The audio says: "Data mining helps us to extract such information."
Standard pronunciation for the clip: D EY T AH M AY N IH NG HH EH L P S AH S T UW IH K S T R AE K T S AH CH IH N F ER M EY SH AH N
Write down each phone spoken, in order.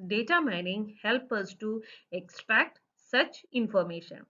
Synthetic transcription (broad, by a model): D EY T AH M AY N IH NG HH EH L P AH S T UW IH K S T R AE K T S AH CH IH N F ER M EY SH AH N